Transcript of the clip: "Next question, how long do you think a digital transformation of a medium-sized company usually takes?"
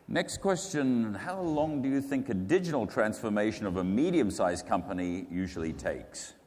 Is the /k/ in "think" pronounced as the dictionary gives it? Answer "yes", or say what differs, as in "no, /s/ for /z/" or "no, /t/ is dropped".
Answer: yes